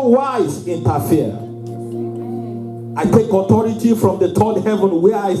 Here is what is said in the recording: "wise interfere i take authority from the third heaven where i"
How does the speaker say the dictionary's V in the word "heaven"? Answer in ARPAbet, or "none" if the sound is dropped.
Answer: V